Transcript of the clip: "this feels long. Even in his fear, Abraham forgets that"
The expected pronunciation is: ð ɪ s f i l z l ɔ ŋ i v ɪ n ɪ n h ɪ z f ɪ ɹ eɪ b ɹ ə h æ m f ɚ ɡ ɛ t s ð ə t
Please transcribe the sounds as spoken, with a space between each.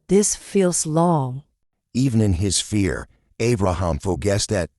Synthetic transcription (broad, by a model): ð ɪ s f i l z l ɔ ŋ i v ɪ n ɪ n ɪ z f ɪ ɹ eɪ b ɹ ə h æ m f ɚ ɡ ɛ s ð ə t